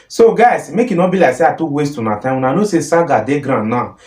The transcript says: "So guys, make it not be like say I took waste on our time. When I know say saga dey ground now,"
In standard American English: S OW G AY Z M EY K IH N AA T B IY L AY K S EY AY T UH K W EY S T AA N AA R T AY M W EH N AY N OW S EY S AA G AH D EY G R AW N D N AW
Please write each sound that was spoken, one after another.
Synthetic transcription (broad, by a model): S OW G AY S M EY K IH N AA B IY L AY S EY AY T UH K W EY S T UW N AA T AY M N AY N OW S EY S AA G AH D EY G R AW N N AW